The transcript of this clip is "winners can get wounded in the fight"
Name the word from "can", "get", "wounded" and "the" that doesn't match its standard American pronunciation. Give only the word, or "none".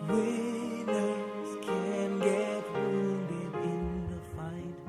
wounded